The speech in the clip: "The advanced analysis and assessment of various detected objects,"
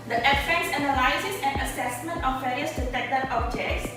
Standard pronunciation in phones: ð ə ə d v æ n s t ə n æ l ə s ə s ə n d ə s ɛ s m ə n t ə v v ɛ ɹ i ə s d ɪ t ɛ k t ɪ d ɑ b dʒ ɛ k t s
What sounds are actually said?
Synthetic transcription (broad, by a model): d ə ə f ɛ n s ə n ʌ l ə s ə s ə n ə s ɛ s m ə n t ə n v ɛ ɹ i ə s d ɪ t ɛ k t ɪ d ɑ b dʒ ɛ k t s